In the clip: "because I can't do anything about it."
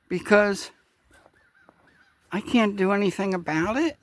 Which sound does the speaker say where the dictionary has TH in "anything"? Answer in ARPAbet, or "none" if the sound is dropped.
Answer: TH